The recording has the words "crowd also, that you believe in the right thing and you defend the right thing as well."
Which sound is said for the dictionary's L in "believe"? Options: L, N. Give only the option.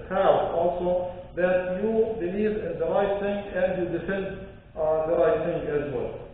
N